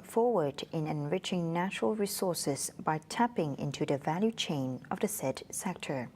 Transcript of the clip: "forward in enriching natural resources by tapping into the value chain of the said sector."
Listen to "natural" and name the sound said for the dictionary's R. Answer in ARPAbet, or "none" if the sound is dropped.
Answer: R